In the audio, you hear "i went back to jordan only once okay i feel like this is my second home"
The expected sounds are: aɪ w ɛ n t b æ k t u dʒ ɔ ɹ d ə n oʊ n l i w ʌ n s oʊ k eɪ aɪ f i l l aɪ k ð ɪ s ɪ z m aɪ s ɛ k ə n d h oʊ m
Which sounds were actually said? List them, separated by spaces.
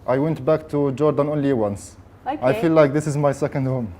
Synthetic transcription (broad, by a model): aɪ w ɛ n t b æ k t u dʒ ɔ ɹ d ə n oʊ n l i w ʌ n s aɪ f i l l aɪ k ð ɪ s ɪ z m aɪ s ɛ k ə n d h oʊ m